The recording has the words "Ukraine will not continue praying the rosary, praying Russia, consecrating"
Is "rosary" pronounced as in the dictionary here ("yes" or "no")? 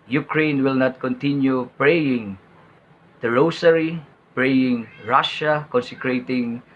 no